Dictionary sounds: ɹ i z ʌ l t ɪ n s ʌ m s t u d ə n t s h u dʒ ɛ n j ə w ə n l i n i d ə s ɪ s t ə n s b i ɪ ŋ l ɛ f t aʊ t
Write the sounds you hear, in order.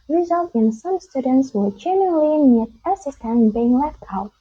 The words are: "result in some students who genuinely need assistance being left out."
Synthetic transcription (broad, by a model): ɹ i z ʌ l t ɪ n s ʌ m s t u d ə n t s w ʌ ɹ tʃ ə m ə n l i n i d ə s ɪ s t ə n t b i ɪ ŋ l ɛ f t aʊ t